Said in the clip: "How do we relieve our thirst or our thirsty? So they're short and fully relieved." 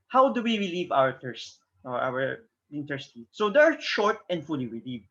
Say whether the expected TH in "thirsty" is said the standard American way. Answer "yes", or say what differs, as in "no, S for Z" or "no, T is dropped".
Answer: no, T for TH